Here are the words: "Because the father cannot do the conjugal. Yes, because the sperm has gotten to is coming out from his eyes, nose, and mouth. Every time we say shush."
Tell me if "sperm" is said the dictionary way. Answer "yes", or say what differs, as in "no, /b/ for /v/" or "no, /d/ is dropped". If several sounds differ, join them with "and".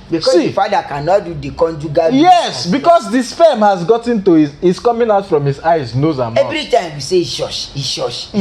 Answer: no, /f/ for /p/